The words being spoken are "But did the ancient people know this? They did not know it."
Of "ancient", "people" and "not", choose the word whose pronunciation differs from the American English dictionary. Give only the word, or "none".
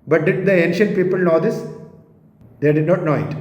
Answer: none